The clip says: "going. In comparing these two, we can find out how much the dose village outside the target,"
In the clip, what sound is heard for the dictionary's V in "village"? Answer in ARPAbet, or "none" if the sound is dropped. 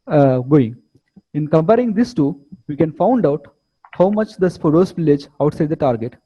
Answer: P